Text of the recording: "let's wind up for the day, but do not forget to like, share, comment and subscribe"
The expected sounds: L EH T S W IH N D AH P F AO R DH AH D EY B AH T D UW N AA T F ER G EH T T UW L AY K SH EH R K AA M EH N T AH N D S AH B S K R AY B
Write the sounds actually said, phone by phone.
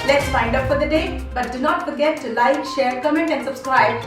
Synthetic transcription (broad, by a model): L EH T S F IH N D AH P F AO R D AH D EY B AH T D UW N AA T F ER G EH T T UW L AY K SH EH R K AA M EH N T AH N D S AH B S K R AY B